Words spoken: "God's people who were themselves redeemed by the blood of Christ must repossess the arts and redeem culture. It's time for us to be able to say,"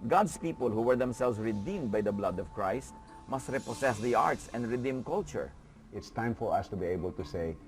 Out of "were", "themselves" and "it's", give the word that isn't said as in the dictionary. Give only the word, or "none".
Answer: themselves